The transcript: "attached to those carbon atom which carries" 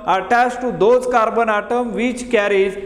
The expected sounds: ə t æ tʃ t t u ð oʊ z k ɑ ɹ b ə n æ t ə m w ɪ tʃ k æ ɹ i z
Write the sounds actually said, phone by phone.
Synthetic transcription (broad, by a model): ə t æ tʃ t t u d oʊ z k ɑ ɹ b ə n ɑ t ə m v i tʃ k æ ɹ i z